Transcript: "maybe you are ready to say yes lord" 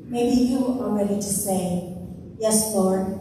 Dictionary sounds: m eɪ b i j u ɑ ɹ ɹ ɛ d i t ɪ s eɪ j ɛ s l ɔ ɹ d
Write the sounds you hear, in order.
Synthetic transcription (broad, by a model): m eɪ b i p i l l ɹ ɛ d i t ɪ s eɪ j ɛ s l ɔ ɹ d